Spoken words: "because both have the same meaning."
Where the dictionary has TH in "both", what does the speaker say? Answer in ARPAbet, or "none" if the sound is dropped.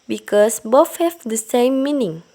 F